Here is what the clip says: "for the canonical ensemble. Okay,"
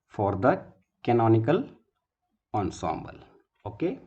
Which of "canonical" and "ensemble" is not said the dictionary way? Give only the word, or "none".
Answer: none